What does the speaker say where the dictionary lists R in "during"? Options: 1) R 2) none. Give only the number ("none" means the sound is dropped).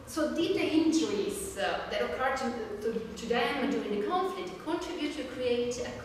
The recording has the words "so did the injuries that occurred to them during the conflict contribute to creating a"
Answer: 2